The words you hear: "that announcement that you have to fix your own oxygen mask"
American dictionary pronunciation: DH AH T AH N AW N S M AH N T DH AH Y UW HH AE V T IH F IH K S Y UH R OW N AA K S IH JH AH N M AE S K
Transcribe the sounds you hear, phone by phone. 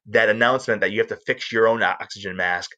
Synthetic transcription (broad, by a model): DH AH T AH N AW N S M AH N DH AH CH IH HH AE F T IH F IH K S Y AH R OW N AA K S IH JH AH N M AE S K